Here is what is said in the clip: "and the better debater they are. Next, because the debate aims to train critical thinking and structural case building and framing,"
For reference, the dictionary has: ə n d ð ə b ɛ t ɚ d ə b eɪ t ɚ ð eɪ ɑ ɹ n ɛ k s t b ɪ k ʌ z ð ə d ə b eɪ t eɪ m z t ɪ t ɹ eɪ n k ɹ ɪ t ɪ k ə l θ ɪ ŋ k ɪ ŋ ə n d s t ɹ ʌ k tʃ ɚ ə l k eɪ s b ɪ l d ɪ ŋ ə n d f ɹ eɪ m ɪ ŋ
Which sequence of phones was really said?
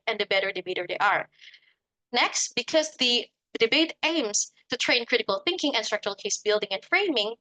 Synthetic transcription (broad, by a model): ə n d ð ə b ɛ t ɚ d ə b eɪ t ɚ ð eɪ ɑ ɹ n ɛ k s t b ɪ k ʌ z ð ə d ə b eɪ t eɪ m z t ɪ t ɹ eɪ n k ɹ ɪ t ɪ k ə l θ ɪ ŋ k ɪ ŋ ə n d s t ɹ ʌ k tʃ ɚ ə l k eɪ s b ɪ l d ɪ ŋ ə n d f ɹ eɪ m ɪ ŋ